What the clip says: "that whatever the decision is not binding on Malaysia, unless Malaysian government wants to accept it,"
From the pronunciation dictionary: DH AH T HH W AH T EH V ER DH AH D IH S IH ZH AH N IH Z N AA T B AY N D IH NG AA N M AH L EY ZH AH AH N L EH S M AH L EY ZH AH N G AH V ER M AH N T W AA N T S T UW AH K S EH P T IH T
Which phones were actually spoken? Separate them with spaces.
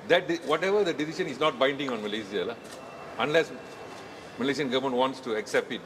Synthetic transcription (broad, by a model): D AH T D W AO T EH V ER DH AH D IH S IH SH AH N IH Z N AA T B AY N D IH NG AA N M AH L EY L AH AH N L EH S M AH L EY SH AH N G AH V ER M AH N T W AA N T S T UW AH K S EH P T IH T